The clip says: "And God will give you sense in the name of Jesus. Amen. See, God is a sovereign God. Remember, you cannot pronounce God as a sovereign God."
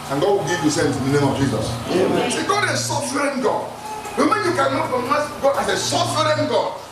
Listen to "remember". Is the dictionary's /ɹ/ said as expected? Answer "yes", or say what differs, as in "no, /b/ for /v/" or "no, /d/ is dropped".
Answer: no, /w/ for /ɹ/